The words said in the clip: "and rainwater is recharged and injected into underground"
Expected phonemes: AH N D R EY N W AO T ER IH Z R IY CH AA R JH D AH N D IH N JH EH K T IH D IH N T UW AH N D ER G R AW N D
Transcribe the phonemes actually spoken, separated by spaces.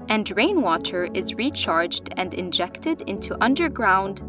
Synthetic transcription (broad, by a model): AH N D R EY N W AO T ER IH Z R IY CH AA R JH D AH N D IH N JH EH K T IH D IH N T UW AH N D ER G R AW N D